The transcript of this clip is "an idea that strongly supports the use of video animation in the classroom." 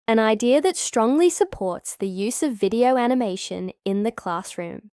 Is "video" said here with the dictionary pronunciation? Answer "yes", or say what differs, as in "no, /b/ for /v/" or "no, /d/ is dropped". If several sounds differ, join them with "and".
yes